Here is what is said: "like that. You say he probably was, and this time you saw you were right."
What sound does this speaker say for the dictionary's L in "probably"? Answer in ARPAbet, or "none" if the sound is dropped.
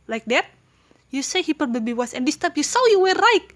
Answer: none